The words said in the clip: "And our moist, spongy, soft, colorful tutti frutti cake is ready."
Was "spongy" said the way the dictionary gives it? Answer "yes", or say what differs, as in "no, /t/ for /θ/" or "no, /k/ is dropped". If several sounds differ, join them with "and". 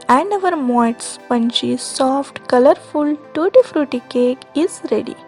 no, /tʃ/ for /dʒ/